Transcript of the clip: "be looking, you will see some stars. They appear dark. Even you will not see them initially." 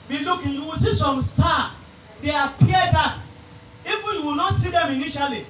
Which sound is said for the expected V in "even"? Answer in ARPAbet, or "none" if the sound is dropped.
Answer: F